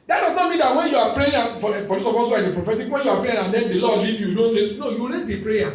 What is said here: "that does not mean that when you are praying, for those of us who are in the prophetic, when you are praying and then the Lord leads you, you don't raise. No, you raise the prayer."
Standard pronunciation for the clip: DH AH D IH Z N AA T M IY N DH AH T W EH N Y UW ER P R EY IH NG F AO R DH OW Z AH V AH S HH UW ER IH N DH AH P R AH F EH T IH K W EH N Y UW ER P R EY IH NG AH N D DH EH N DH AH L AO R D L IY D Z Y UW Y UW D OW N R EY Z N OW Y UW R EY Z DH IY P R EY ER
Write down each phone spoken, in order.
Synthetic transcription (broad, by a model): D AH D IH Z N AA T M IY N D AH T W EH N Y UW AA P R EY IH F F AO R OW S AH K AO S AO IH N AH P R AH F EH T IH K W EH N Y UW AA P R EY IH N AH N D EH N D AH L AO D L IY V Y Y UW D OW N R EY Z N OW Y UW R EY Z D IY P R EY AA